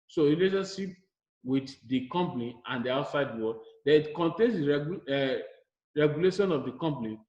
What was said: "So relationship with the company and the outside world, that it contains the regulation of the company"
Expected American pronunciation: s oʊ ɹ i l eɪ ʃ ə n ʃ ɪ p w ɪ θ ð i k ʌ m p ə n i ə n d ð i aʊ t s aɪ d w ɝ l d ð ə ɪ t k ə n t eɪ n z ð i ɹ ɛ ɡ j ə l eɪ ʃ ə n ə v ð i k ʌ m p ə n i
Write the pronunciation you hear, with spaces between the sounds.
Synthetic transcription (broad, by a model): s oʊ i l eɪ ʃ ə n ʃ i p w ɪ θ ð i k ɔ m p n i ə n d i aʊ t s aɪ d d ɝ w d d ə ɪ t k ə n t eɪ n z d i ɹ ɛ ɡ j ə l eɪ ʃ ə n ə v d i k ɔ m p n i